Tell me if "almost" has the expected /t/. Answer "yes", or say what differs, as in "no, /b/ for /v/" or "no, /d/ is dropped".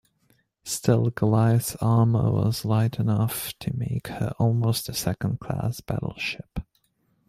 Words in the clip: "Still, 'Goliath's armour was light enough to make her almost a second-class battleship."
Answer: yes